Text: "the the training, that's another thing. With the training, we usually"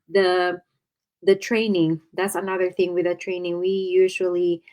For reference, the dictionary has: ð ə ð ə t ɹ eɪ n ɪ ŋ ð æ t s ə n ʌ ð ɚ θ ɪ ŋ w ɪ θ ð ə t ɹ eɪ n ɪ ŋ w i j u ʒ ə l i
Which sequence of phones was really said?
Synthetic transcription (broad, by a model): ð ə ð ə t ɹ eɪ n ɪ ŋ ð æ t s ə n ʌ ð ɚ θ ɪ ŋ w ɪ ð ə t ɹ eɪ n ɪ ŋ w i j u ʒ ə l i